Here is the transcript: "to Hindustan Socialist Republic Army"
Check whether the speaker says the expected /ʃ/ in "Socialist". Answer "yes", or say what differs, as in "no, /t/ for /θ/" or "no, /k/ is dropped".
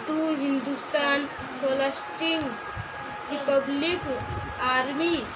no, /ʃ/ is dropped